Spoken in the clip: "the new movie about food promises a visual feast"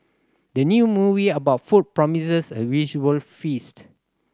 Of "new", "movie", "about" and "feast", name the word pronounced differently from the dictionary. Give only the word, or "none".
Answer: none